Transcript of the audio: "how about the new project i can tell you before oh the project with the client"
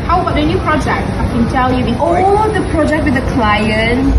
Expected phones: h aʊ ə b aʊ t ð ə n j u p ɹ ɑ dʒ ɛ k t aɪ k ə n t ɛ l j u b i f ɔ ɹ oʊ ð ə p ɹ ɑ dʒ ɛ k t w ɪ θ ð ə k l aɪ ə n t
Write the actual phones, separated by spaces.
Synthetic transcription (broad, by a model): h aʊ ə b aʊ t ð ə n j u p ɹ ɑ dʒ ɛ k t aɪ k ə n t ɛ l j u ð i ɔ l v ð ə p ɹ ɑ dʒ ɛ k t w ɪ ð ə k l aɪ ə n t